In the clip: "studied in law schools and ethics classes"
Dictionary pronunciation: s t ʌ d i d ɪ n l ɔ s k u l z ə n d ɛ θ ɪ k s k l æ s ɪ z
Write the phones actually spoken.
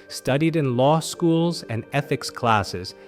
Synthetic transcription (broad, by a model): s t ʌ d i d ɪ n l ɔ s k u l z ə n ɛ θ ɪ k s k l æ s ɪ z